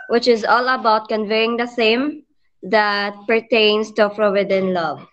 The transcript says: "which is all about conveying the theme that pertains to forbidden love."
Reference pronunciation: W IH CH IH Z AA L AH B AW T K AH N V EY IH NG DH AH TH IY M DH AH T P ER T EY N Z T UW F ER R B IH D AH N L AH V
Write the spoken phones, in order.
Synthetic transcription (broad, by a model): W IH CH IH Z AA L AH B AW T K AH N V EY IH NG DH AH S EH M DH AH T P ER T EY N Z T UW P R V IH D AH N L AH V